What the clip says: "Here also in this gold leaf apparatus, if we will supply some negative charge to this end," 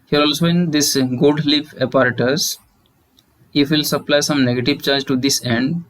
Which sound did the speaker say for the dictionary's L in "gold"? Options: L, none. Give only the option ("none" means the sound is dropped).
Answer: none